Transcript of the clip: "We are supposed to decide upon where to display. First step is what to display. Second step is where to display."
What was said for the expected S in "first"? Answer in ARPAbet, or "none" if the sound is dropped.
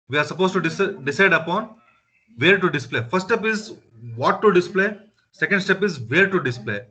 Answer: none